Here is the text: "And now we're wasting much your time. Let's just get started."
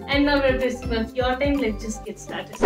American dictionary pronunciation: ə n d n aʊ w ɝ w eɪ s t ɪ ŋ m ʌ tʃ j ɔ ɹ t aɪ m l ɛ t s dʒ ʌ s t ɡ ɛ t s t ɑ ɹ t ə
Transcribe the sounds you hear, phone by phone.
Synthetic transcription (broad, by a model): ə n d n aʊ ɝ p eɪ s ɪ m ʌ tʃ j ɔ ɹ t aɪ m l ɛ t dʒ ʌ s t ɡ ɛ t s t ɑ ɹ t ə